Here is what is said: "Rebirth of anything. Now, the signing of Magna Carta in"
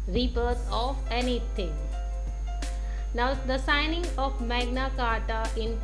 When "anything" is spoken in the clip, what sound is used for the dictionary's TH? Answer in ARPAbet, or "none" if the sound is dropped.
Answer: T